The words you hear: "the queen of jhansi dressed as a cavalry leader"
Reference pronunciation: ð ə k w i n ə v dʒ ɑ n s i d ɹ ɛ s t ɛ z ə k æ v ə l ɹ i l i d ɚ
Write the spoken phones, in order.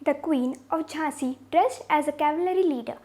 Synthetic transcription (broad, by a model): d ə k w i n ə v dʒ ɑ s i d ɹ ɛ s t ɛ z ə k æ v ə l ɹ i l i d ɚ